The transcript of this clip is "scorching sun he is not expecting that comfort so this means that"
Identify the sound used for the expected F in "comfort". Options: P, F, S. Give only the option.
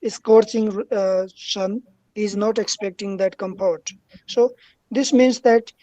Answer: P